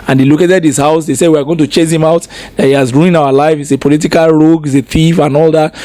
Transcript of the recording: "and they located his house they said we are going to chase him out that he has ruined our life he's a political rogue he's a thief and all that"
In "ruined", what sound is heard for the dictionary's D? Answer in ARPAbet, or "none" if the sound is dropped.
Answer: none